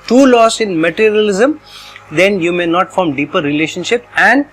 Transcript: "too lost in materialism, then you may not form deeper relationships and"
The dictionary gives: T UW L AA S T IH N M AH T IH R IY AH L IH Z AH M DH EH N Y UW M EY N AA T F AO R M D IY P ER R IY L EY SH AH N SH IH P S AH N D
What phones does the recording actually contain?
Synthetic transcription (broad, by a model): T UW L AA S IH N M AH T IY R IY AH L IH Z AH M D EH N Y UW M EY N AA T F AO R M D IY P ER R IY L EY SH AH N SH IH P AH N D